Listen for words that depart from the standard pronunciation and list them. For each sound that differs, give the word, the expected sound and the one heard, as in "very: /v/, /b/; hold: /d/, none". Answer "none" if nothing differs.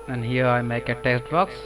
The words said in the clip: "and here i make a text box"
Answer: text: /k/, none